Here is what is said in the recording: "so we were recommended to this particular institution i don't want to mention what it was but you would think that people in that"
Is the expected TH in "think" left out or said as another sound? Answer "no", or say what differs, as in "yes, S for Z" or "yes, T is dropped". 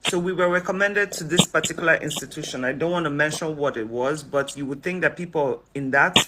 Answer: no